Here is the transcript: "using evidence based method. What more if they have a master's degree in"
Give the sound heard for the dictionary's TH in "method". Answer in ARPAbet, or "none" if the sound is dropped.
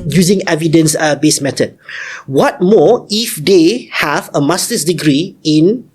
T